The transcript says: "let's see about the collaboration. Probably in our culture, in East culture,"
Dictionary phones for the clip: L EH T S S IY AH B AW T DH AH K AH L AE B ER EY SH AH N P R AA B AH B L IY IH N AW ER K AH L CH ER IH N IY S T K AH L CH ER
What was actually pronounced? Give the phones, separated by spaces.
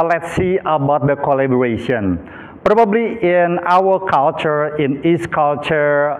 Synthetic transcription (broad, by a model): L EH T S S IY AH B AW T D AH K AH L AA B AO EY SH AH N P R AA B AH B L IY IH N AW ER K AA L CH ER IH N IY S K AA L CH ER